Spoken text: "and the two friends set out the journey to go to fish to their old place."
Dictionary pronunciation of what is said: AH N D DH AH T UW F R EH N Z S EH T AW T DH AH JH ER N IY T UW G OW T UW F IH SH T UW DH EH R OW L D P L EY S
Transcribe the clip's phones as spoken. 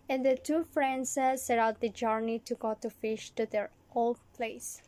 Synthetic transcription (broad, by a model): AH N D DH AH T UW F R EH N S S EH T AW T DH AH JH ER N IY T UW G OW T UW F IH SH T UW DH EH R OW L D P L EY S